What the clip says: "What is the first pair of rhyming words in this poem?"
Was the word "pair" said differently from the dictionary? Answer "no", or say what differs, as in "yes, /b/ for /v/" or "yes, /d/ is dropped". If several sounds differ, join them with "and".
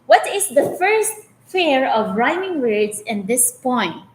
yes, /f/ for /p/